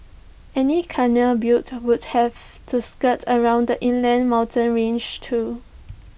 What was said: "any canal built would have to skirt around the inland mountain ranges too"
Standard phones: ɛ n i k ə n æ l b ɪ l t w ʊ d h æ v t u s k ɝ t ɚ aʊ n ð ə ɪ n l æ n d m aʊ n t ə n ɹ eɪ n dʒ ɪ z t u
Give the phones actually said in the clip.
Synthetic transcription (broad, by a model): ɛ n i k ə n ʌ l b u t w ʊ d h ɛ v t u s k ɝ t ɚ aʊ n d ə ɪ n l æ n m aʊ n t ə n ɹ eɪ n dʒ t u